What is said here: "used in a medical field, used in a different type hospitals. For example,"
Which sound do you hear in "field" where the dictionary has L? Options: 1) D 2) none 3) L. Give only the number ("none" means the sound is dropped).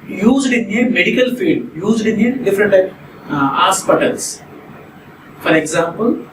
2